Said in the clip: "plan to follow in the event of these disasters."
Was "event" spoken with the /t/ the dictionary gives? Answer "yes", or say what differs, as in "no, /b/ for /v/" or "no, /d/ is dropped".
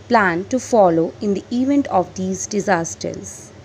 yes